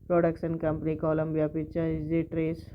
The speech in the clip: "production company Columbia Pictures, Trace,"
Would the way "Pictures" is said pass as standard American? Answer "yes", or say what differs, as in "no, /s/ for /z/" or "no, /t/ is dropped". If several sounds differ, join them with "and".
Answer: no, /k/ is dropped